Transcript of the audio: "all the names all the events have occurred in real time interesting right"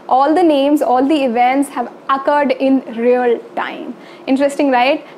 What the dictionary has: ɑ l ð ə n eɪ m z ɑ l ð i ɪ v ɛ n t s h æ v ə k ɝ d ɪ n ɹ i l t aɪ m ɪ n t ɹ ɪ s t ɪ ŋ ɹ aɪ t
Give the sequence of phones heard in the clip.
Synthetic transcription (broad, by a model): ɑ l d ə n eɪ m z ɑ l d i ɪ v ɛ n t s h æ v ə k ɝ d ɪ n ɹ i l t aɪ m ɪ n t ɹ ɪ s t ɪ ŋ ɹ aɪ t